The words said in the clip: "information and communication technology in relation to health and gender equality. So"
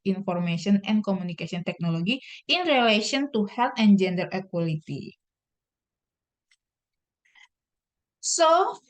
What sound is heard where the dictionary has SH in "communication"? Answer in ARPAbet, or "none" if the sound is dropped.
S